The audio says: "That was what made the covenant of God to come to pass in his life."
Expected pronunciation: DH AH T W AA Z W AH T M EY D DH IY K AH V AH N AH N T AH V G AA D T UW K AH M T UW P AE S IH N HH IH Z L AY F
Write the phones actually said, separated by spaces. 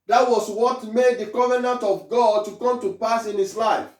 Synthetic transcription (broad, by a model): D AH T W AA S W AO T M EY D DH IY K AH V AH N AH N T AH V G AA D T UW K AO M T UW P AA S IH N HH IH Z L AY F